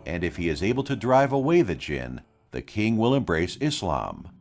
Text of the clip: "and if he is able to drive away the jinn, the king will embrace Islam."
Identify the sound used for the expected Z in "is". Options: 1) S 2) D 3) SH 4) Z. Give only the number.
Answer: 4